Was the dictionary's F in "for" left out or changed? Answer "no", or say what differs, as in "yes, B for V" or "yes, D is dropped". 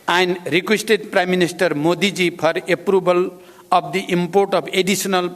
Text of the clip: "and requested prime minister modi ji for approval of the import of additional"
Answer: yes, P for F